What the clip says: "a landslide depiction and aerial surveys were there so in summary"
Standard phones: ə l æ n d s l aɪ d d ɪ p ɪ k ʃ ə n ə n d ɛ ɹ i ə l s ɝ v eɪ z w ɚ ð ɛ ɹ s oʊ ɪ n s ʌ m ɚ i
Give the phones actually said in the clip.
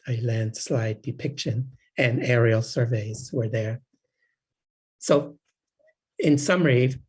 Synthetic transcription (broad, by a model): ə l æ n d s l aɪ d d ɪ p ɪ k ʃ ə n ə n ɛ ɹ i l s ɝ v eɪ z w ɚ ð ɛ ɹ s oʊ ɪ n s ʌ m ɚ i